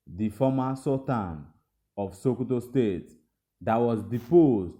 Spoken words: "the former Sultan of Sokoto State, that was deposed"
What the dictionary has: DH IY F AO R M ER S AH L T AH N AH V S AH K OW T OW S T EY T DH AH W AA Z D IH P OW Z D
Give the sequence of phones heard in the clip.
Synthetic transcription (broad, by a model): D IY F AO M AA S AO T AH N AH F S AH K OW T OW S T EY T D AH W AA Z D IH P OW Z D